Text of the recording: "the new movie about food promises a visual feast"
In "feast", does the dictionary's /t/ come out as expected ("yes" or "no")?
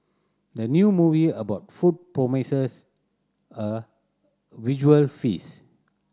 no